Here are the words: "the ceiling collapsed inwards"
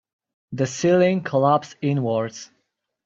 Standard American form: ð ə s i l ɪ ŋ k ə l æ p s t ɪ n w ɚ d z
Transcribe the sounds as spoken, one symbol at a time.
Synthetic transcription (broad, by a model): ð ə s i l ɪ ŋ k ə l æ p s ɪ n w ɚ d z